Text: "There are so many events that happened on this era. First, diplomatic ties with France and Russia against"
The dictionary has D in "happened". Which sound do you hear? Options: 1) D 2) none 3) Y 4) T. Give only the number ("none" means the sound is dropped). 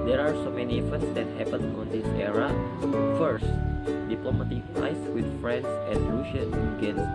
2